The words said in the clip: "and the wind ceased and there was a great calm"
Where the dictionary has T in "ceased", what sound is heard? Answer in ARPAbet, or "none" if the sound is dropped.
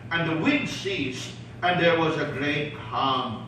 T